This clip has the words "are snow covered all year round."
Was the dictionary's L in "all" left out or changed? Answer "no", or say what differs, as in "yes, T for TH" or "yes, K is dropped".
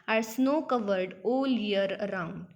no